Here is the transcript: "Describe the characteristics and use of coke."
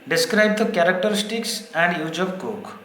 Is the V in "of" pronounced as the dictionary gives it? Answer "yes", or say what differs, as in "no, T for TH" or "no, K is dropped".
no, B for V